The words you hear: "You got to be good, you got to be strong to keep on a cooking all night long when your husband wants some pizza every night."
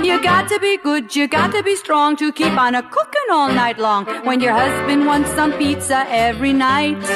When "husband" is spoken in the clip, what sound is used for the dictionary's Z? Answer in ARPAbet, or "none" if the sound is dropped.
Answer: Z